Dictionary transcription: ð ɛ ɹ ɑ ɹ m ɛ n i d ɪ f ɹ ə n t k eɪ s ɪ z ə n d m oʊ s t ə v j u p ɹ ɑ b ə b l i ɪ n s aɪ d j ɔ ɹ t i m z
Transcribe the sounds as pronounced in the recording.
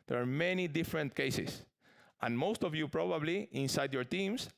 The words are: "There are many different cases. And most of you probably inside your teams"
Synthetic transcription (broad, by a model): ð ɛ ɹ ɑ ɹ m ɛ n i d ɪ f ɹ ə n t k eɪ s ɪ s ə n m oʊ s t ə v j u p ɹ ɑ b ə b l i ɪ n s aɪ d j ɔ ɹ t i m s